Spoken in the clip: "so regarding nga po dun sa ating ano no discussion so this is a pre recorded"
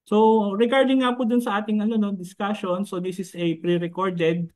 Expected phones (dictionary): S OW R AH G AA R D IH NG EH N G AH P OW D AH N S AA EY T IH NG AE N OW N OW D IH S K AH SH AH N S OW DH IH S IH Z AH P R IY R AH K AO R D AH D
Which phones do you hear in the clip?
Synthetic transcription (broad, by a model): S OW R AH G AA R D IH NG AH P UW D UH N S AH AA T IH NG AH N OW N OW D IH S K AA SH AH N S OW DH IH S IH S AH P R IY R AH K AO R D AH D